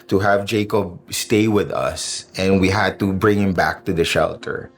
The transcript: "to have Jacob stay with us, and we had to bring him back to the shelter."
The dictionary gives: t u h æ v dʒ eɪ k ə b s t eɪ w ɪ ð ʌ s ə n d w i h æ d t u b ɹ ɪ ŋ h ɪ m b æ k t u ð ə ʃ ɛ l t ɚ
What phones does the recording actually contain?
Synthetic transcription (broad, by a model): t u h æ v dʒ eɪ k ə b s t eɪ w ɪ ð ʌ s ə n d w i h æ d t u b ɹ ɪ ŋ h ɪ m b æ k t u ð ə ʃ ɛ l t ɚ